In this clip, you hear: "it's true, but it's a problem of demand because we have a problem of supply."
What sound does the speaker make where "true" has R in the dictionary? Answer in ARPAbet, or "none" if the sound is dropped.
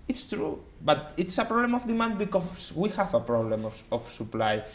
R